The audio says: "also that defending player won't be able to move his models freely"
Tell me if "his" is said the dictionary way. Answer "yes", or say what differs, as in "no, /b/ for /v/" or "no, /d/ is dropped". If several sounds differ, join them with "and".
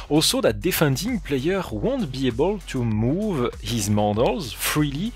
yes